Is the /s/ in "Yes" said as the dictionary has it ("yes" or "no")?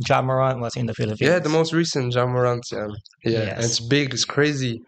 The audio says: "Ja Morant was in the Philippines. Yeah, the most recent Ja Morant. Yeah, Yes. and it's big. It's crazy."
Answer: no